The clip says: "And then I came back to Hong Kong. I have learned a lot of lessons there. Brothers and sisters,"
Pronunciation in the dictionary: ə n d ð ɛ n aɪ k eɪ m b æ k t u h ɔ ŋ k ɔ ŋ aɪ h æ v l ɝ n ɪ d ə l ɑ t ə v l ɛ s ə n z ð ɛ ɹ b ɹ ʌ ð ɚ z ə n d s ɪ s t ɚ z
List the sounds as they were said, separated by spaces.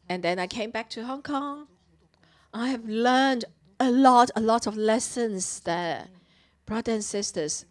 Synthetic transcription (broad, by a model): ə n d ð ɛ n aɪ k eɪ m b æ k t u h ɔ ŋ k ɔ ŋ aɪ h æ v l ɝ n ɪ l ə l ɑ t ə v l ɛ s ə n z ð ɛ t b ɹ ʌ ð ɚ ə n s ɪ s t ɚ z